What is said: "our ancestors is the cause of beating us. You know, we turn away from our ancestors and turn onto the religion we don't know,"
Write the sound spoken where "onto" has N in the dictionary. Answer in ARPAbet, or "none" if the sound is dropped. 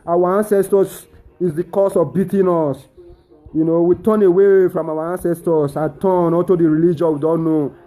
none